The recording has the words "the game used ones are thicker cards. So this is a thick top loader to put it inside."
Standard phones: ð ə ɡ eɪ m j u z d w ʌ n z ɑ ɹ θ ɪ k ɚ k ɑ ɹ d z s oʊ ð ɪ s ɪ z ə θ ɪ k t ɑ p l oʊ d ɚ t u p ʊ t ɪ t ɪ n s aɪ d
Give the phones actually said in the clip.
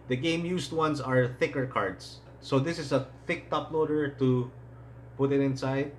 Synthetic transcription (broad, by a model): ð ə ɡ eɪ m j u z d w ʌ n s ɑ ɹ θ ɪ k ɚ k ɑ ɹ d s oʊ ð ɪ s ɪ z ə θ ɪ k t ɑ p l oʊ d ɚ t u p ʊ t ɪ t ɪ n s aɪ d